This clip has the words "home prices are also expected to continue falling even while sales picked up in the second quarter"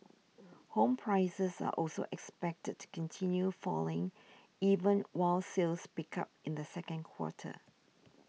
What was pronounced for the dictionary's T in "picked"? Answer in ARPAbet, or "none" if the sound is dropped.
none